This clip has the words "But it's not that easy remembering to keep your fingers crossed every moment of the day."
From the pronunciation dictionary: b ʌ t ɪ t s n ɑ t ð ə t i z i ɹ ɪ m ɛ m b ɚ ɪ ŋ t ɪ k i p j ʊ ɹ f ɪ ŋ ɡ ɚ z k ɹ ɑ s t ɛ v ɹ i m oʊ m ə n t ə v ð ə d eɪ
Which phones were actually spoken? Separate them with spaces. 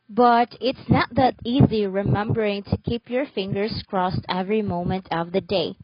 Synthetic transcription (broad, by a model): b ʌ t ɪ t s n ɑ t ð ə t i z i ɹ ɪ m ɛ m b ɚ ɪ ŋ t ɪ k i p j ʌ ɹ f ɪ ŋ ɡ ɚ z k ɹ ɑ s t ɛ v ɹ i m oʊ m ə n t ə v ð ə d eɪ